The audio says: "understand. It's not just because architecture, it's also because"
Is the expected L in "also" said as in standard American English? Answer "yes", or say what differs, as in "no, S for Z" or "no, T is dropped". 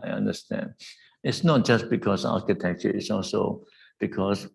yes